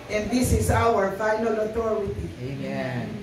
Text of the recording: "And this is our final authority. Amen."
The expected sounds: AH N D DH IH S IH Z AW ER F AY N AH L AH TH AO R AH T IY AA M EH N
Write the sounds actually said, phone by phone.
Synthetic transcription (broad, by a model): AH N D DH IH S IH S AW ER F AY N AH L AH T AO R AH T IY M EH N